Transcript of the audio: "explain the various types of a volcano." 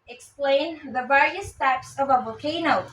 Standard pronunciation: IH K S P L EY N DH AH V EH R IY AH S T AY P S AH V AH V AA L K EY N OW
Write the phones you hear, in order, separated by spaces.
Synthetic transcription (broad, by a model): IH K S P L EY N DH AH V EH R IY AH S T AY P S AH V AH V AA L K EY N OW